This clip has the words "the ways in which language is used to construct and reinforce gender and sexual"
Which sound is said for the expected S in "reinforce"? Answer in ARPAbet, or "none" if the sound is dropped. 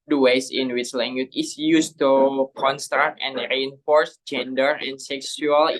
S